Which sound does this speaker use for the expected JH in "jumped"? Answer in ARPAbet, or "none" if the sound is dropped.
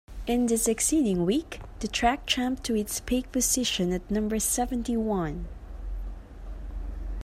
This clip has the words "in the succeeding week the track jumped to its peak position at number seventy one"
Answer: CH